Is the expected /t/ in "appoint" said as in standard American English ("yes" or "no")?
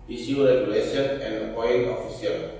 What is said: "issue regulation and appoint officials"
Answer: no